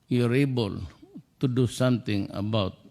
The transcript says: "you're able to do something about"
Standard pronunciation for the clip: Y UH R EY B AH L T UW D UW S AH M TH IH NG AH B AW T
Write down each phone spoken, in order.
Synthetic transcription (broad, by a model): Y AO R EY B AH L T UW D UW S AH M T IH NG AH B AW T